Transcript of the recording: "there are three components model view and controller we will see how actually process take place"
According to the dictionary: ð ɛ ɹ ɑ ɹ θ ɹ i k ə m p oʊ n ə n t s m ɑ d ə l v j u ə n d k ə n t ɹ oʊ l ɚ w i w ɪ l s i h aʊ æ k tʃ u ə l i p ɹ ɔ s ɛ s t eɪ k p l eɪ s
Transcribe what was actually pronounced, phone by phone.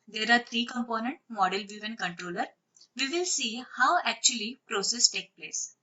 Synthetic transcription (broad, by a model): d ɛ ɹ ɑ ɹ t ɹ i k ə m p oʊ n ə n t m ɑ d ə l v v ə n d k ə n t ɹ oʊ l ɚ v i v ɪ l s i h aʊ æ k tʃ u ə l i p ɹ ɔ s ɛ s t eɪ k p l eɪ s